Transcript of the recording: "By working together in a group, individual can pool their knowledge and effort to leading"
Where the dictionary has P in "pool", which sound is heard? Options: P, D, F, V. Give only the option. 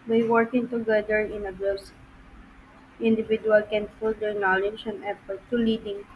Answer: F